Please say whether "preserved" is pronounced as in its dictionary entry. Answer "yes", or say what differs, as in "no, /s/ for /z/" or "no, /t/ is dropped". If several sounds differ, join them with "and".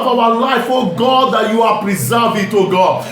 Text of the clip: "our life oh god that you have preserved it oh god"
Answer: no, /d/ is dropped